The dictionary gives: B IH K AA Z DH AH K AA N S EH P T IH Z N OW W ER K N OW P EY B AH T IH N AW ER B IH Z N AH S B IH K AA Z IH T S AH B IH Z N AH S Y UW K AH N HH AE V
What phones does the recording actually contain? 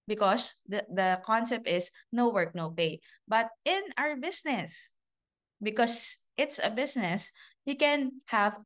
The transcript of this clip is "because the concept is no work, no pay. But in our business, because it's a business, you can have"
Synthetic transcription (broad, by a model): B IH K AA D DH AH K AA N S EH P T IH S N OW W ER K N OW P EY B AH T IH N AW ER B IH S N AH S B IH K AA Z IH T S AH B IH S N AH S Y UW K AH N HH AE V